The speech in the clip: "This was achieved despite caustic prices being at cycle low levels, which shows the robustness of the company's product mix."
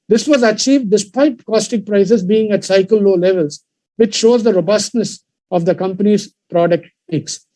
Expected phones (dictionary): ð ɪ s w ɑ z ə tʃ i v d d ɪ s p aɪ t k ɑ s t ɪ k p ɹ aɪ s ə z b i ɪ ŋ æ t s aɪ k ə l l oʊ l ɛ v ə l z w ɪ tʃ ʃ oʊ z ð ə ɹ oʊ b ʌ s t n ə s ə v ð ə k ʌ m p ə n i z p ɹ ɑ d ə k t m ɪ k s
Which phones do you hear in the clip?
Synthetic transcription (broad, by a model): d ɪ s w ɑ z ə tʃ i v d d ɪ s p aɪ t k ɑ s t ɪ k p ɹ aɪ s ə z b i ɪ ŋ æ t s aɪ k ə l l oʊ l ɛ v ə l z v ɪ tʃ ʃ oʊ z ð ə ɹ oʊ b ʌ s t n ə s ə v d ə k ʌ m p ə n i z p ɹ ɑ d ə k t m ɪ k s